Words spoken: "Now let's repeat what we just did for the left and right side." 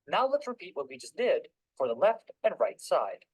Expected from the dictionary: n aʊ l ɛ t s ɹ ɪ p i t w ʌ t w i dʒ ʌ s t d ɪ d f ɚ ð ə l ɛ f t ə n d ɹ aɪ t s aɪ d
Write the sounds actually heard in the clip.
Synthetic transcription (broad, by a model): n aʊ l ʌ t ɹ ɪ p i t w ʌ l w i dʒ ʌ s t d ɪ d f ɚ ð ə l ɛ f t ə n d ɹ aɪ t s aɪ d